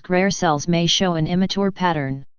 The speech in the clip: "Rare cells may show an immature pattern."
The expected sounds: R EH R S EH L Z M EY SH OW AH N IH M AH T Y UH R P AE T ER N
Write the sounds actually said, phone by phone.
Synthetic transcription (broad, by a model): R EH R S EH L Z M EY SH OW AH N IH M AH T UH R P AE T ER N